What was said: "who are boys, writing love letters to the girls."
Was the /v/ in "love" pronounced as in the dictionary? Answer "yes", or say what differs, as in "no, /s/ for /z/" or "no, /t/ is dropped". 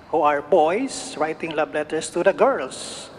no, /b/ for /v/